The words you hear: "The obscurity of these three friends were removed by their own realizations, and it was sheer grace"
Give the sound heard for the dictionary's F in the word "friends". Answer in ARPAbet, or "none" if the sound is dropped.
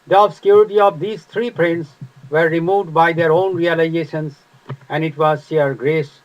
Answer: P